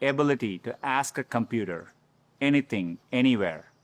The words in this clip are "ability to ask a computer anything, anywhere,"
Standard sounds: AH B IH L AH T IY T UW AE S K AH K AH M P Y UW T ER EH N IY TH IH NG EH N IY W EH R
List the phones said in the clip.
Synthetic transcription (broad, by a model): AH B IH L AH T IY T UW AE S K AH K AH M P Y UW T ER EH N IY T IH NG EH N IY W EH R